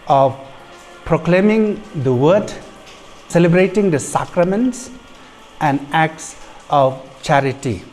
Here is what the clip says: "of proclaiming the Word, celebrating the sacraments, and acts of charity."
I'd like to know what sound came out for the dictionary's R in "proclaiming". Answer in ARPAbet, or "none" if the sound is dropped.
R